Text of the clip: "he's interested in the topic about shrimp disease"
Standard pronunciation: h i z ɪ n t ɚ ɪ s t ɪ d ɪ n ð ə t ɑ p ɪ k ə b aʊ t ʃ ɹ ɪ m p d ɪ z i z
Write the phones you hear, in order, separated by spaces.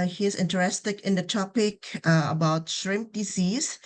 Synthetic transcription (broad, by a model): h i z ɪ n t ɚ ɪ s t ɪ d ɪ n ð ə t ɑ p ɪ k ə b aʊ t ʃ ɹ ɪ m p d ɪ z i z